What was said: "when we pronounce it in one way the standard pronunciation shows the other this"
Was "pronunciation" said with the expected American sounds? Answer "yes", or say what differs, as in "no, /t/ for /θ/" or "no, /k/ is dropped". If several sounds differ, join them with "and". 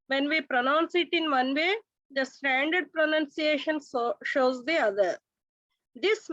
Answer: yes